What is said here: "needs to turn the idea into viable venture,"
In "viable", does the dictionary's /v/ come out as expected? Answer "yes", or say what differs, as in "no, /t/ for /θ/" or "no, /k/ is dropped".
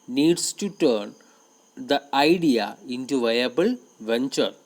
yes